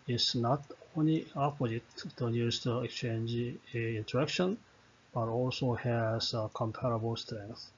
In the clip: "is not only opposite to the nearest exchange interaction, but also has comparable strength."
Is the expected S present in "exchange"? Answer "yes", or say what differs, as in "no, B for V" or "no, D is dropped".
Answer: yes